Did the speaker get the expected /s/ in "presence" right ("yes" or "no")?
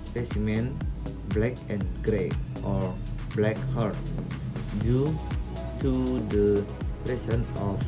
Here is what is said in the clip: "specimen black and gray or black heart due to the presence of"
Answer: no